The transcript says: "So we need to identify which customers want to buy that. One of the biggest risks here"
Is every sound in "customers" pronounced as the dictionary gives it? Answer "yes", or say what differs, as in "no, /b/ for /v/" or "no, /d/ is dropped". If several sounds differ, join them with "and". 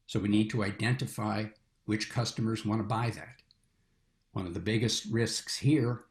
yes